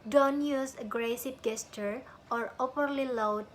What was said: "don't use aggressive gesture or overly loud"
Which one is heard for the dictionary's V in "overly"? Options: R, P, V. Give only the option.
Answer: P